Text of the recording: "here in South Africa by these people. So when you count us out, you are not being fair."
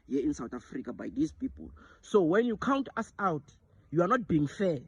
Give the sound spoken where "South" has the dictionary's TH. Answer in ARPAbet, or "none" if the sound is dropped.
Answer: T